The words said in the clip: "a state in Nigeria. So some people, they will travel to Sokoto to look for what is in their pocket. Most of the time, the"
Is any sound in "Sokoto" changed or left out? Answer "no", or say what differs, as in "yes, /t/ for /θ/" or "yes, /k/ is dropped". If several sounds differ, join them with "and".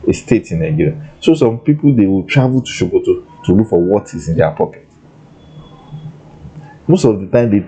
yes, /ʃ/ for /s/